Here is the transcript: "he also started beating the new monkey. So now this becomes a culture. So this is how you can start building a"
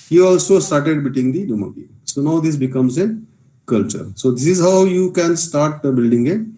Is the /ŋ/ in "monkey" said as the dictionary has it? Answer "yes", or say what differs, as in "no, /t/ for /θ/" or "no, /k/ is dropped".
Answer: no, /ŋ/ is dropped